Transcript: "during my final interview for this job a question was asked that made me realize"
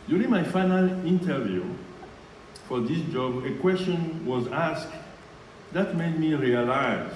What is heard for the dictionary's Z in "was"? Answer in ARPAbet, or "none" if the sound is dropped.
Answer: Z